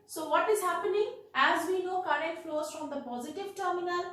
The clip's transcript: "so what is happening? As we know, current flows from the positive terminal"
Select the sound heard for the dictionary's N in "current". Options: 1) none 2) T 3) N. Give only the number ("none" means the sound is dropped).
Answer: 1